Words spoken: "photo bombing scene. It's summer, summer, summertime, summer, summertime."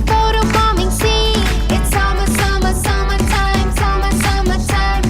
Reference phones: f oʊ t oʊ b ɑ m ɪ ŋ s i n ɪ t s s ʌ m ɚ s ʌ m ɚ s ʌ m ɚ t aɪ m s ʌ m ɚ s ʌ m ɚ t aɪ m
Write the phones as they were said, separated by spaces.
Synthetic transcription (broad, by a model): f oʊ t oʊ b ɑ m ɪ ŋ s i ɪ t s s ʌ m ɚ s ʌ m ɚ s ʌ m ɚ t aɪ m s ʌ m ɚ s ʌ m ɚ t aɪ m